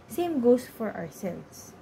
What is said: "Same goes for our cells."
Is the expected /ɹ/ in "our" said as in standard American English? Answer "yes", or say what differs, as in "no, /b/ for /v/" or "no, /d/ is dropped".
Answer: yes